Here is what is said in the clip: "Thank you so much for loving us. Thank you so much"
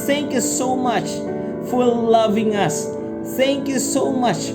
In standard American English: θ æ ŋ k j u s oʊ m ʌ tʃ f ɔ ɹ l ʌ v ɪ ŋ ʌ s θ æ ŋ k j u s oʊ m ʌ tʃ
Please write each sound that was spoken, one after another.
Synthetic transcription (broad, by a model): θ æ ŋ k j u s oʊ m ʌ tʃ f ɔ ɹ l ʌ v ɪ ŋ ʌ s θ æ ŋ k j u s oʊ m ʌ tʃ